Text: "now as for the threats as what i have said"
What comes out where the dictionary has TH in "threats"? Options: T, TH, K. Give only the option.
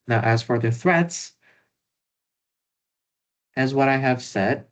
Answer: TH